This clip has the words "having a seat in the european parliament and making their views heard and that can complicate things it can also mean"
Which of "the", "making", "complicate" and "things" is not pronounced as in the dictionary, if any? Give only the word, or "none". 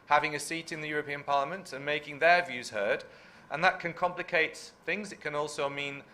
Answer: none